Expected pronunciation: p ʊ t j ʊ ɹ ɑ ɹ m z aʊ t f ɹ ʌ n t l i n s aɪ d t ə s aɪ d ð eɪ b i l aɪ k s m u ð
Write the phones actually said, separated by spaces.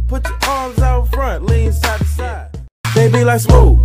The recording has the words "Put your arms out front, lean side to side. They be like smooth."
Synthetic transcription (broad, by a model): p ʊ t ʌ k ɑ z aʊ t f ɹ ʌ n t l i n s aɪ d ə s aɪ d ð eɪ b i l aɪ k s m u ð